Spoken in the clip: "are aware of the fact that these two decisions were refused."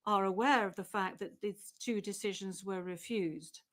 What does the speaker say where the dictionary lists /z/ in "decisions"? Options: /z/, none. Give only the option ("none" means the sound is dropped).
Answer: /z/